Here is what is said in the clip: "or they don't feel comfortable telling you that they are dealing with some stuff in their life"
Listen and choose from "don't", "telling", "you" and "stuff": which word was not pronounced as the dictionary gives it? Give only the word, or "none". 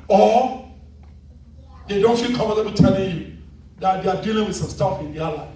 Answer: none